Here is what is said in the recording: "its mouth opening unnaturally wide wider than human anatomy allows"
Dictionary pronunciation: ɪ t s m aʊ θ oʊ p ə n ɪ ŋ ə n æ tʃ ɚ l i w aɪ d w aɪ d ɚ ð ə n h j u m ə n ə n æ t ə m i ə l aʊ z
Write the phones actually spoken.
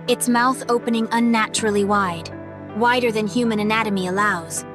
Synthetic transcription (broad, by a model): ɪ t s m aʊ θ oʊ p ə n ɪ ŋ ə n æ tʃ ɚ l i w aɪ d w aɪ d ɚ ð ə n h j u m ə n ə n æ t ə m i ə l aʊ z